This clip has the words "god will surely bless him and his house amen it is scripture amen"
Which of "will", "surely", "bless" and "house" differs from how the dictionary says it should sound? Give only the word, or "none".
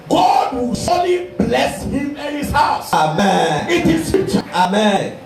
surely